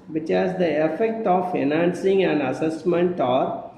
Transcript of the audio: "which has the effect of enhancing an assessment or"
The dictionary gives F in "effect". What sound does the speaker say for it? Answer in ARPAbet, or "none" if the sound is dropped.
F